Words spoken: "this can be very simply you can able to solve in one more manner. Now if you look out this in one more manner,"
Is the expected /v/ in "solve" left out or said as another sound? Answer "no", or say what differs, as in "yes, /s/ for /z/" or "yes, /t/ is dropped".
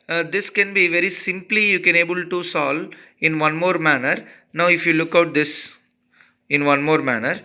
yes, /v/ is dropped